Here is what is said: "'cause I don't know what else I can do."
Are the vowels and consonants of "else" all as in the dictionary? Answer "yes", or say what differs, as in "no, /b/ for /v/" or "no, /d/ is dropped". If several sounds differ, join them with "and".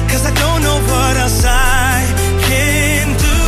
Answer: no, /l/ is dropped